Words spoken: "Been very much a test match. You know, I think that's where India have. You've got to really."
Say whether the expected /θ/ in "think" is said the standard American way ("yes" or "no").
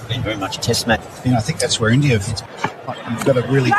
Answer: yes